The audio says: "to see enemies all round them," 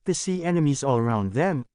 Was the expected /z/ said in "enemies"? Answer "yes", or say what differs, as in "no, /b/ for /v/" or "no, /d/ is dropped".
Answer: yes